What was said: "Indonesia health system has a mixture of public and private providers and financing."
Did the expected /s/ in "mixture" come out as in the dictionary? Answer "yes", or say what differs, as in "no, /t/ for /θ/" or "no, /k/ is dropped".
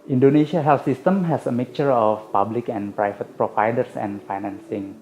no, /s/ is dropped